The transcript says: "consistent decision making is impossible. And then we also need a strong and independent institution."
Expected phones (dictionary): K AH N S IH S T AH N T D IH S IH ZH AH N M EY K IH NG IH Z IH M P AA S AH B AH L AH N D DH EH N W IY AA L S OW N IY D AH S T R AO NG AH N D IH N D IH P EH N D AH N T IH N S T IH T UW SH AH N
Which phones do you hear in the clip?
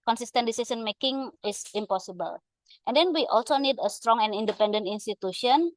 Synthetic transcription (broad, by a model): K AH N S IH S T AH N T D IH S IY S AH N M EY K IH NG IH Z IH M P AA S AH B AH L AH N D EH N W IY AA L S OW N IY D AH S T R AO NG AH N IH N D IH P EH N D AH N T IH N S T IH T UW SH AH N